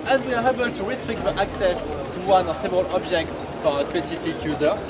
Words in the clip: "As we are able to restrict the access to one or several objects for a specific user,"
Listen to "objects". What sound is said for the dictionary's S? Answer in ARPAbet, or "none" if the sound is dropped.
none